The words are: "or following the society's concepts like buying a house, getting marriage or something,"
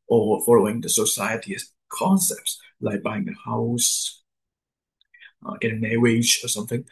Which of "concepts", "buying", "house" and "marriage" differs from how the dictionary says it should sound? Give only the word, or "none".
marriage